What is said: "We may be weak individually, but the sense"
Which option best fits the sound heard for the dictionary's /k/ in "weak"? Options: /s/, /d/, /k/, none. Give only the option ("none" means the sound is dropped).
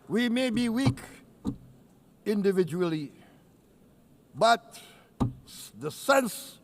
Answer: /k/